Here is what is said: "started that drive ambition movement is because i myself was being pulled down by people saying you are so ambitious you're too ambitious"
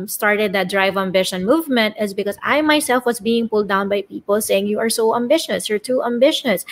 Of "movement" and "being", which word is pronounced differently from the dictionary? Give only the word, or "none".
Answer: none